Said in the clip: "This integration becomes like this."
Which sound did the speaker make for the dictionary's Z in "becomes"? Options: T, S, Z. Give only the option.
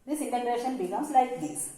S